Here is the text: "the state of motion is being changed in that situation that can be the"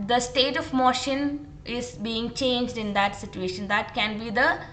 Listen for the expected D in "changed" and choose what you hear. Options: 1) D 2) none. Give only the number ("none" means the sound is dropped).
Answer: 1